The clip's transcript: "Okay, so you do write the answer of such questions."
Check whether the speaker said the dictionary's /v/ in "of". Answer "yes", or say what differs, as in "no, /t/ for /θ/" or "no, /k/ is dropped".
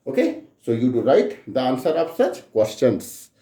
no, /p/ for /v/